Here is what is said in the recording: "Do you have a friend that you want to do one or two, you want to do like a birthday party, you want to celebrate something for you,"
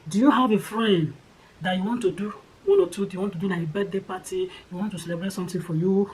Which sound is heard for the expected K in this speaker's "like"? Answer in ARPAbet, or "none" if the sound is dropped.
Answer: none